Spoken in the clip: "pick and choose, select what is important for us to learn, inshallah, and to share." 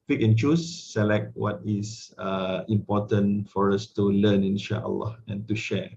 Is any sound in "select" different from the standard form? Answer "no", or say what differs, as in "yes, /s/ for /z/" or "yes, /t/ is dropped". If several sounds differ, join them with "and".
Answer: no